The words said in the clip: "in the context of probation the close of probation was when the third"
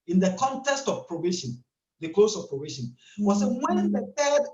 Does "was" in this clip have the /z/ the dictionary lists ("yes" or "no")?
no